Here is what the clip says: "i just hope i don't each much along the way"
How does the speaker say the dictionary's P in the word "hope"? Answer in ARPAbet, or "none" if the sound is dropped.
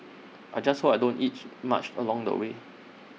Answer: none